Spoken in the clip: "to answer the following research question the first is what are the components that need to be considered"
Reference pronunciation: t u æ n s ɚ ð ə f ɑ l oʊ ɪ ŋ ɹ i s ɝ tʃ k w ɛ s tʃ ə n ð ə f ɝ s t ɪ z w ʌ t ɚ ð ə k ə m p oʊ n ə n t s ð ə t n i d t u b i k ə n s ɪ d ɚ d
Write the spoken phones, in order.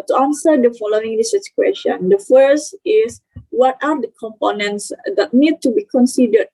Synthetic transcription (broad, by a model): t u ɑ n s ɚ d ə f ɑ l oʊ ɪ ŋ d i s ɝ s k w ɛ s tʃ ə n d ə f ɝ s t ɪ s w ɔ t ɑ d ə k ə m p oʊ n ə n t s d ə t n i d t u b i k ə n s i d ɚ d